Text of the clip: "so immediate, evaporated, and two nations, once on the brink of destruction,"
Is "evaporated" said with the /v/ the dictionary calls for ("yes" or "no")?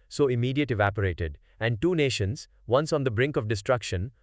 yes